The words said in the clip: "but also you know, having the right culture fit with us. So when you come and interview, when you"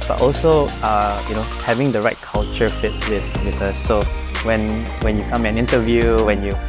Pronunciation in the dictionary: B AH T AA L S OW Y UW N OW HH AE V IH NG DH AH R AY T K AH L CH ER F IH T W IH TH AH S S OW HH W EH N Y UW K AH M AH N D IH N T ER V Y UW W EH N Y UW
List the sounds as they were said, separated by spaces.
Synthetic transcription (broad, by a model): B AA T AA L S OW Y UW N OW HH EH V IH NG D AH R AY T K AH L CH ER F IH T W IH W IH TH S OW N W EH N Y UW K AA M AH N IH N T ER V Y UW W EH N Y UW